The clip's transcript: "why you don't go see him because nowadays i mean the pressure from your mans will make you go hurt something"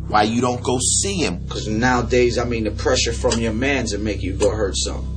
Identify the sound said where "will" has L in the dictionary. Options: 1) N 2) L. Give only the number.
1